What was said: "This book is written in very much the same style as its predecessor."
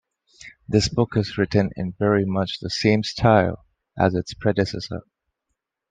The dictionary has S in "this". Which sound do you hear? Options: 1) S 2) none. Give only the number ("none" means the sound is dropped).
1